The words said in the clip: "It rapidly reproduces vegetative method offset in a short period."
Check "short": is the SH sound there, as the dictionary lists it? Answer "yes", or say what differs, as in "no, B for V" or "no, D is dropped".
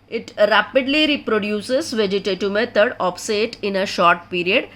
yes